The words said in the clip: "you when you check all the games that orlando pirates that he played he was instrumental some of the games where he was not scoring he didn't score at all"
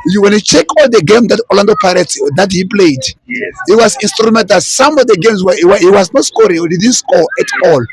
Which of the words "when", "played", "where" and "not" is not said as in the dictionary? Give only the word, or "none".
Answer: where